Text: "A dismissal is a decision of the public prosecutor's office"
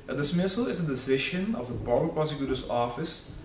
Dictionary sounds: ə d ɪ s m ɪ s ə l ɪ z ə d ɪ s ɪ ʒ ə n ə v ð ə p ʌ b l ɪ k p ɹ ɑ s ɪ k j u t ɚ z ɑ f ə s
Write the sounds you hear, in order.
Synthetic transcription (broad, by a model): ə d ɪ s m ɪ s ə l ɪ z ə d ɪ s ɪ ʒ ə n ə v ð ə b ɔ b ɪ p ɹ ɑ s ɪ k j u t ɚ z ɑ f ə s